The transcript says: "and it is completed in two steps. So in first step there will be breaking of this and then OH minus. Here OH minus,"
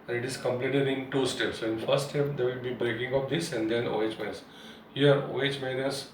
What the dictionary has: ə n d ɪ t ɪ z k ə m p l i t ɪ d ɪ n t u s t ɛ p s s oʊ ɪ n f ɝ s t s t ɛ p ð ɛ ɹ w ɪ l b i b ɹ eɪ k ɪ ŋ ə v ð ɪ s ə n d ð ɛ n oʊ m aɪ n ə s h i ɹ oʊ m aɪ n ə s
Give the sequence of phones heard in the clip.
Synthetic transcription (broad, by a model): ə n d ɪ t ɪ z k ə m p l i t ɪ d ɪ n t u s t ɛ p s s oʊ ɪ n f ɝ t s t ɛ p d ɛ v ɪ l b i b ɹ eɪ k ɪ ŋ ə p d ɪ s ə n d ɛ n oʊ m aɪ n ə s h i ɹ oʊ m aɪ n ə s